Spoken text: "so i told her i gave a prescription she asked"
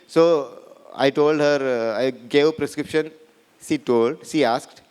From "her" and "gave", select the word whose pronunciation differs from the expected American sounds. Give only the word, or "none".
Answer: gave